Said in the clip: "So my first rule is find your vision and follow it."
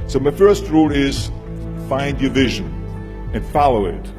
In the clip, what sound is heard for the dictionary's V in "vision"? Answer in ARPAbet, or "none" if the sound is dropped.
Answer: V